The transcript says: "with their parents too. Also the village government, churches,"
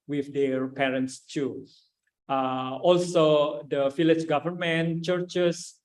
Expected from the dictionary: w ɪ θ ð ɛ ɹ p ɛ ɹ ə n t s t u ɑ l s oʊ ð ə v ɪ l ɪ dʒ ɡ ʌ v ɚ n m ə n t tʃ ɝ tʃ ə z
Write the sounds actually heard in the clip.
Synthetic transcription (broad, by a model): w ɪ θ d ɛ ɹ p ɛ ɹ ə n t s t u ɑ l s oʊ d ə f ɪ l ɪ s ɡ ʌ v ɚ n m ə n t tʃ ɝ tʃ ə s